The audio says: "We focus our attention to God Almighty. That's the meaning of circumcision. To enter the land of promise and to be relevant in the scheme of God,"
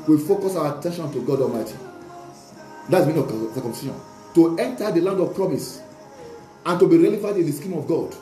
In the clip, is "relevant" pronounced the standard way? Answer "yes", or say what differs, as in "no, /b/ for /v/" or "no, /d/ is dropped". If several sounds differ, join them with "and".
no, /f/ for /v/